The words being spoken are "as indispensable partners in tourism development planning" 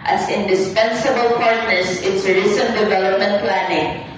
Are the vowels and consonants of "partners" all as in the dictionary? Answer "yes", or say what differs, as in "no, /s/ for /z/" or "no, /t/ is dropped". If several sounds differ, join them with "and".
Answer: no, /s/ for /z/